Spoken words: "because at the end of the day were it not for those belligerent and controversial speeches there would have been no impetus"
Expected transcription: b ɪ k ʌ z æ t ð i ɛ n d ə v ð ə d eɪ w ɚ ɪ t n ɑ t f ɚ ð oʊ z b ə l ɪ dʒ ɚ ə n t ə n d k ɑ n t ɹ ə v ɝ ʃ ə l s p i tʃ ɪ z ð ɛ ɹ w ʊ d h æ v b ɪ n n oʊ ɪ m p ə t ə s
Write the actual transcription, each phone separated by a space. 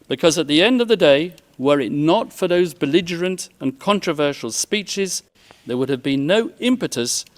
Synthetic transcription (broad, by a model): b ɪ k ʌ z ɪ t ð i ɛ n d ə v ð ə d eɪ w ɚ ɪ t n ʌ t f ɚ ð oʊ z b ə l ɪ dʒ ɚ ə n t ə n k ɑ n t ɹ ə v ɝ ʃ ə l s p i tʃ ɪ z ð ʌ ɹ w ʊ d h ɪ v b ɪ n n oʊ ɪ m p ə t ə s